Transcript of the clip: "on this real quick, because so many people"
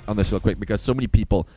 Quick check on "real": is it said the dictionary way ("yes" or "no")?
no